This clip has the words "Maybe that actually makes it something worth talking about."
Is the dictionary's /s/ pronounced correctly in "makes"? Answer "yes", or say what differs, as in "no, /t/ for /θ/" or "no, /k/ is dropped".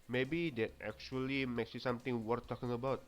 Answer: yes